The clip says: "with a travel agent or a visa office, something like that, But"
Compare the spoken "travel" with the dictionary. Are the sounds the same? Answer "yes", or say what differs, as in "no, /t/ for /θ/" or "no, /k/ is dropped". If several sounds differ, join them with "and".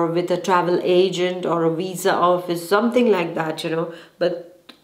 yes